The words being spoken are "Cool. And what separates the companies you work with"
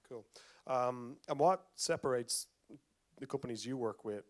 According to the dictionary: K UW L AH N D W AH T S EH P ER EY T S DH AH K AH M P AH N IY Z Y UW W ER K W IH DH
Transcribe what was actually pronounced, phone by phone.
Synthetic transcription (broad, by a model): K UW L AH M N W AH T S EH P ER EY T S DH AH K AH M P AH N IY Z Y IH W ER K W IH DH